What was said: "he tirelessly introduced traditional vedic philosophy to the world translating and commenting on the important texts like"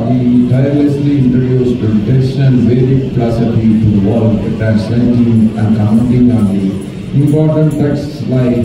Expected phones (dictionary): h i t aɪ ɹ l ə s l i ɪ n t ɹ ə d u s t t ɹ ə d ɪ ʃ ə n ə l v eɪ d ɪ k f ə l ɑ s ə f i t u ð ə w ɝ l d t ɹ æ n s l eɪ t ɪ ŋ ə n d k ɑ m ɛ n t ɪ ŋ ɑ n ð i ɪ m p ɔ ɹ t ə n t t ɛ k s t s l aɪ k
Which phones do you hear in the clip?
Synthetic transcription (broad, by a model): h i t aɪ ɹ l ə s l i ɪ n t ɹ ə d u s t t ə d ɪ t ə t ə n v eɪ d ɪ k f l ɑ s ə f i t u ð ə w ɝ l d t æ s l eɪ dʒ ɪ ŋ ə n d k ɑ ɛ n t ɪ ŋ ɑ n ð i ɪ m p ɔ ɹ t ə n t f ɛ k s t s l aɪ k